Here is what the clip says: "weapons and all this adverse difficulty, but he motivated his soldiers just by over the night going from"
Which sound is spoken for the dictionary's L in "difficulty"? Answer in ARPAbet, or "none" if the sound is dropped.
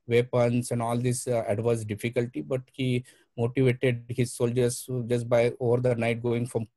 L